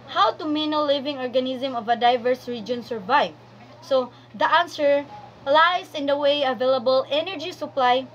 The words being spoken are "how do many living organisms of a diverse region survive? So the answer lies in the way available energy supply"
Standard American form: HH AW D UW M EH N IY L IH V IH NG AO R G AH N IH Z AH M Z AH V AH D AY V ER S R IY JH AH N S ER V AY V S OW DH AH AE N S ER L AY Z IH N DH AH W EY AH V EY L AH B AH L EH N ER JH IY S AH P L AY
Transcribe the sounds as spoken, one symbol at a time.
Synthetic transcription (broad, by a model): HH AW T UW M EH N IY L IH V IH NG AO R G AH N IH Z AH M AH V AH D AY V ER S R IY JH AH N S ER V AY V S OW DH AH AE N S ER L AY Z IH N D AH W EY AH V EY L AH B AH L EH N ER JH IY S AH P L AY